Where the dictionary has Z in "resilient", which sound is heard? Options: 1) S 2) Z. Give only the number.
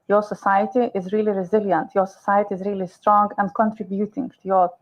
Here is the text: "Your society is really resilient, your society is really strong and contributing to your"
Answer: 2